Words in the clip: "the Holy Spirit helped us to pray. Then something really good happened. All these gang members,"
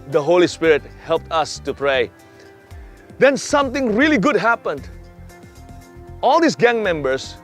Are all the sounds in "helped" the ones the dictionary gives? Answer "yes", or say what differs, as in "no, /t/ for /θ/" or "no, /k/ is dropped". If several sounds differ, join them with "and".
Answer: yes